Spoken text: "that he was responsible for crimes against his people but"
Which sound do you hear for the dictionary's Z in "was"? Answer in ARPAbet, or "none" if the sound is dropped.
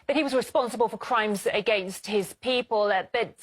Z